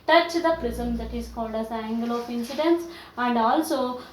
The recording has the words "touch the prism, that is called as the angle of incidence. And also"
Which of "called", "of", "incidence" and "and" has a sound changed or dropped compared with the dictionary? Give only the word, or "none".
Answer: of